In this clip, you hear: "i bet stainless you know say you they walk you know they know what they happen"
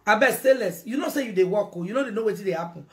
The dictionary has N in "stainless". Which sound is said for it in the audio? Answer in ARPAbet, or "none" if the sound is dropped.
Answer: none